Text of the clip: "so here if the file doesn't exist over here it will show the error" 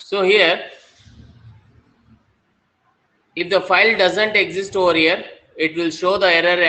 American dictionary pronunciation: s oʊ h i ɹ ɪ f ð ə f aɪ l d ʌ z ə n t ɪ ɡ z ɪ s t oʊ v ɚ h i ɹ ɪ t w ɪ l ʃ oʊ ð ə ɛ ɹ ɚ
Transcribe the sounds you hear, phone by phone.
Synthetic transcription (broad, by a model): s oʊ h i ɹ ɪ f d ə f aɪ l d ʌ z ə n t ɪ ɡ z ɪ s t oʊ v ɚ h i ɹ ɪ t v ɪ l ʃ oʊ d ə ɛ ɹ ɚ